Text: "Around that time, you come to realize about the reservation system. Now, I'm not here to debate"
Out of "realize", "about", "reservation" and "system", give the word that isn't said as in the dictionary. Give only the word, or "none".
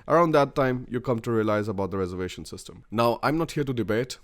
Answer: none